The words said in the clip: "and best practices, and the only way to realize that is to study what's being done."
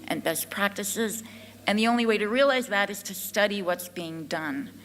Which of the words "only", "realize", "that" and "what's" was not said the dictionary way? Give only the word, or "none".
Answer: none